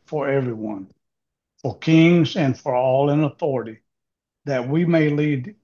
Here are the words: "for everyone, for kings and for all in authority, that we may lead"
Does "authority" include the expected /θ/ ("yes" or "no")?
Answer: yes